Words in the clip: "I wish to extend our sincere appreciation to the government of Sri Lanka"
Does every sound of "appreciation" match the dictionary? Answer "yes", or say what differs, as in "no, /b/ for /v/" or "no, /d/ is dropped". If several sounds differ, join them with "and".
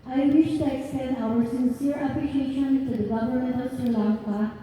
no, /l/ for /ɹ/